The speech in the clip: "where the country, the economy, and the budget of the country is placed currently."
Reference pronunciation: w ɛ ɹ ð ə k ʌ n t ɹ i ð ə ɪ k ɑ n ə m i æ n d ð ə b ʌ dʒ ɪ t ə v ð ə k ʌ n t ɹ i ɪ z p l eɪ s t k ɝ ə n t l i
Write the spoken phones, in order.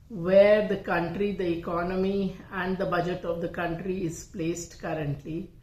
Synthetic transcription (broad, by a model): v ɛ ɹ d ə k ʌ n t ɹ i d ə ɪ k ɑ n ə m i æ n d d ə b ʌ dʒ ɪ t ə v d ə k ʌ n t ɹ i ɪ z p l eɪ s t k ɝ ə n t l i